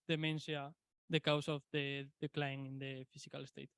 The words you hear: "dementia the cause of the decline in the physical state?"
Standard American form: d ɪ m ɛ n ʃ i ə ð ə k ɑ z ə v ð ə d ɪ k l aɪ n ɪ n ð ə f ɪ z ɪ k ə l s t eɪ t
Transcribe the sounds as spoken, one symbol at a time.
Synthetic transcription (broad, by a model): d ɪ m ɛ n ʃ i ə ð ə k ɑ s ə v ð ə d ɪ k l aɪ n ɪ n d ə f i s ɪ k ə l s t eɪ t